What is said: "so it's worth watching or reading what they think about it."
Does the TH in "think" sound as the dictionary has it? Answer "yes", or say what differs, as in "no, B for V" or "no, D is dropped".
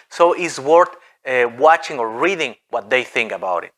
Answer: yes